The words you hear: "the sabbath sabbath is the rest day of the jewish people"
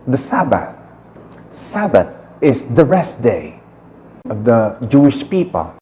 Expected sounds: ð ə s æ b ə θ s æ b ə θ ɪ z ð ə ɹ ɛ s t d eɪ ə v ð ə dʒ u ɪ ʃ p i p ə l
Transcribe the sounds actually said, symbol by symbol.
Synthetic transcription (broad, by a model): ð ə s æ b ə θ s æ b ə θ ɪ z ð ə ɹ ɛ s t d eɪ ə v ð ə dʒ u ɪ ʃ p i p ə l